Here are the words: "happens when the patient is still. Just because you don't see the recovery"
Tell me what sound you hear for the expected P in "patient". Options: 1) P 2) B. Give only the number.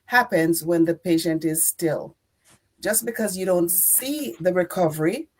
1